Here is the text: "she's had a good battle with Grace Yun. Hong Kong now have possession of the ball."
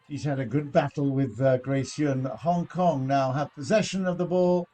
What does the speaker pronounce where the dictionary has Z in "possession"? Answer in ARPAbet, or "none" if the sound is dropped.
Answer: Z